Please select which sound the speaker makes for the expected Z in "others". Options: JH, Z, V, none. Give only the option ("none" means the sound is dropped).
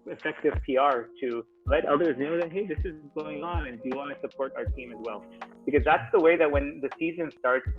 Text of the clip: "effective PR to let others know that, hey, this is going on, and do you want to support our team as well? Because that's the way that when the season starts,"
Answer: Z